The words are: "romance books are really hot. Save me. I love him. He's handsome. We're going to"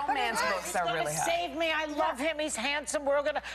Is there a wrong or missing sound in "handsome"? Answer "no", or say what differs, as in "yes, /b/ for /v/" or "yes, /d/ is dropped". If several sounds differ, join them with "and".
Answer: no